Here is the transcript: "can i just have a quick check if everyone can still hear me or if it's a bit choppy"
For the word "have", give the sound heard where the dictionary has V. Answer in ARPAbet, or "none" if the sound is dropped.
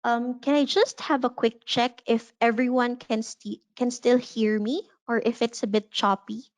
V